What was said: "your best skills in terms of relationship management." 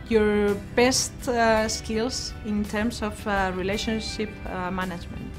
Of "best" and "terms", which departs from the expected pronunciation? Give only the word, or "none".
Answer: terms